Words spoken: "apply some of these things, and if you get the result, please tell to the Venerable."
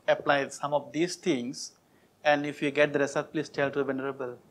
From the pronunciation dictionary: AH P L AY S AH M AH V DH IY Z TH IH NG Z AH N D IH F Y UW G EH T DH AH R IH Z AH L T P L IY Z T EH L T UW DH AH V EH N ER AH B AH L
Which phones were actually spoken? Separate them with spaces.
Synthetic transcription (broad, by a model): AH P L AY S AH M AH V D IY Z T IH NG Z AH N D IH F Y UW G EH T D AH R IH S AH T P L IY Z T EH L T UW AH V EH N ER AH B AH L